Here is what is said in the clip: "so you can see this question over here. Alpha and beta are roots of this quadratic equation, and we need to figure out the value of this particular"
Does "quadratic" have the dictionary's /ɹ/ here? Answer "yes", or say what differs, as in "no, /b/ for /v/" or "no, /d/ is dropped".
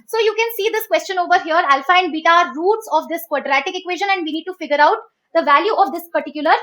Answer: yes